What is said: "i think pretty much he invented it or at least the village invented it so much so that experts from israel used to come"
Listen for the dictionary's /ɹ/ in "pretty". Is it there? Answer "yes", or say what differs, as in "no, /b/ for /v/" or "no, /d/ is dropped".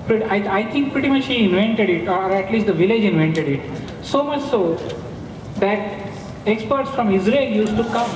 yes